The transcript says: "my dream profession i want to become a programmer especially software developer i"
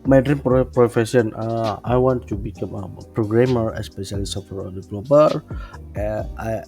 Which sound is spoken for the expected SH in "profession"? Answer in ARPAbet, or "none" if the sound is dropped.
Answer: S